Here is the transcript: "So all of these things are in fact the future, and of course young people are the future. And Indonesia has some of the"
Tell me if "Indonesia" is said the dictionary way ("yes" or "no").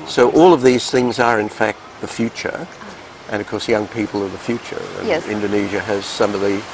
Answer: yes